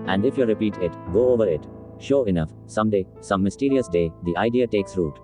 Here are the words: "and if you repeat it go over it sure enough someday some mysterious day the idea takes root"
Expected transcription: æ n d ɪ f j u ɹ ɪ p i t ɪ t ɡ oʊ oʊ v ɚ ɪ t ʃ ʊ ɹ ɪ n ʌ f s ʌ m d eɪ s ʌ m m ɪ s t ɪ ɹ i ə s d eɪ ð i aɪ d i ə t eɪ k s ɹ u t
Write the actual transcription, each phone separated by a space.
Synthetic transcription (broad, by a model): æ n d ɪ f j u ɹ ɪ p i t ɪ t ɡ oʊ oʊ v ɚ ɪ t ʃ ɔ ɪ n ʌ f s ʌ m d eɪ s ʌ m m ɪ s t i ɹ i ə s d eɪ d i aɪ d i ə t eɪ k s ɹ u t